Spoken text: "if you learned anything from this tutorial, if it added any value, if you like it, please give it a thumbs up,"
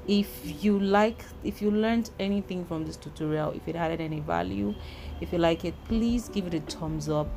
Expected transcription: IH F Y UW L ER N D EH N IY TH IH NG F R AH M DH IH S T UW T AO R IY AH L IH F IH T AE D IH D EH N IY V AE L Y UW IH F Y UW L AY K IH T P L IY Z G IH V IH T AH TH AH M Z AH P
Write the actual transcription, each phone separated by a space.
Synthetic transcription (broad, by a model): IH F Y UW L ER N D EH N IY TH IH NG F R AH M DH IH S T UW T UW R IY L IH F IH T AE D IH D EH N IY V AE L Y UW IH F Y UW L AY K IH T P L IY Z G IH V IH T AH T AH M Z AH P